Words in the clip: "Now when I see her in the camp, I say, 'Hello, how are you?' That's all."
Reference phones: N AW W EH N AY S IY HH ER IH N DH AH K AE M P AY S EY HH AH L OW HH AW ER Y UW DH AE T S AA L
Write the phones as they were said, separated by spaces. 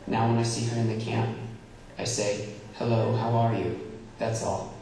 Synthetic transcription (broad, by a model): N AW W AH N AY S IY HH ER IH N DH AH K AE M P AY S EY HH AH L OW HH AW ER Y UW DH AE T S AA L